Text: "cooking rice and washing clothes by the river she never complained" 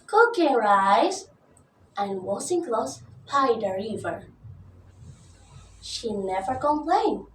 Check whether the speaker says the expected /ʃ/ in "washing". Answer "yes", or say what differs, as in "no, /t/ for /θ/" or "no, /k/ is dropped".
no, /s/ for /ʃ/